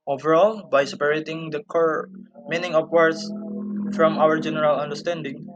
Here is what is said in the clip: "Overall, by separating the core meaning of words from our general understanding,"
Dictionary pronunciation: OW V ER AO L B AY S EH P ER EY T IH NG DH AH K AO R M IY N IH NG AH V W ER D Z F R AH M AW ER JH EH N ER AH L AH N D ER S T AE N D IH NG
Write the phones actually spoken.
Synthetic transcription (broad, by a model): OW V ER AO L B AY S EH P ER EY T IH NG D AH K AO R M IY N IH NG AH P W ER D S F R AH M AW ER JH EH N ER AH L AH N D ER S T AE N D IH NG